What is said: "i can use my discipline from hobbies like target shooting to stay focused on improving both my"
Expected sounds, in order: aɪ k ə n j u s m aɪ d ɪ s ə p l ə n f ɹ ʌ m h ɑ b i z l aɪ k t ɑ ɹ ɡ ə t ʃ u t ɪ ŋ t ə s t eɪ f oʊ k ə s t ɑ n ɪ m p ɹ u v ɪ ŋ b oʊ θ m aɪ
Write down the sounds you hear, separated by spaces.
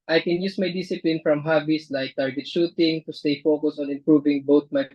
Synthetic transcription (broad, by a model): aɪ k ə n j u s m aɪ d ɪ s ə p l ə n f ɹ ʌ m h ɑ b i s l aɪ k t ɑ ɹ ɡ ə t ʃ u t ɪ ŋ t ə s t eɪ f oʊ k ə s ɑ n ɪ m p ɹ u v ɪ ŋ b oʊ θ m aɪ